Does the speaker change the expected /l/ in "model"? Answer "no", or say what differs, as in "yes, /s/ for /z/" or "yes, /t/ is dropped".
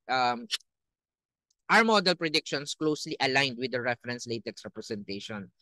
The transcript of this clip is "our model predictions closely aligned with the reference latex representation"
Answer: no